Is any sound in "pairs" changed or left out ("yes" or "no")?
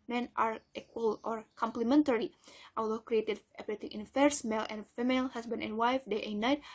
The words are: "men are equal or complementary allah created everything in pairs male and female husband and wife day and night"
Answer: yes